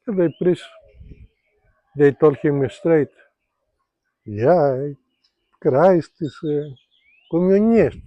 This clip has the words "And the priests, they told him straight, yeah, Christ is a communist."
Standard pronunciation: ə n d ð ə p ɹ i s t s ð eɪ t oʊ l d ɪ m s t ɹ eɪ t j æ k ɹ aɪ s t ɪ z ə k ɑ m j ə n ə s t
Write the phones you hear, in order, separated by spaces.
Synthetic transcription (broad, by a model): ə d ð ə p ɹ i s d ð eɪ t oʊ l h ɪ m s t ɹ eɪ t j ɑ k ɹ aɪ s t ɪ s ə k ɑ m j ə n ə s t